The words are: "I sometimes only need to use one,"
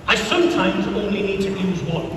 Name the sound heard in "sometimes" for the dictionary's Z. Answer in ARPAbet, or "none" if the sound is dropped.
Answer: Z